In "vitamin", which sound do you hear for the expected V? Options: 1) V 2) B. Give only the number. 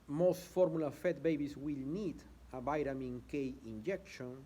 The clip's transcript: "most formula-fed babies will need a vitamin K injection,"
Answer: 2